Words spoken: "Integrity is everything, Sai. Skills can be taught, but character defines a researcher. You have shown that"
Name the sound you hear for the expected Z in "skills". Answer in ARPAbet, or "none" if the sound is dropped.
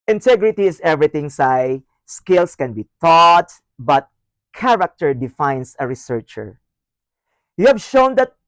S